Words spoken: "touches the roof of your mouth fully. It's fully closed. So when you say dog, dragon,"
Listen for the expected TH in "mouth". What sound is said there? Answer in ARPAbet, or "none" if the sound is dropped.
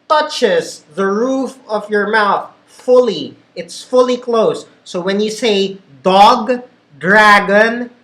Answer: TH